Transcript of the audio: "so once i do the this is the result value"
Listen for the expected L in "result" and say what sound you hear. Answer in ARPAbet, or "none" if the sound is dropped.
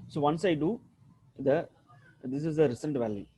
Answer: N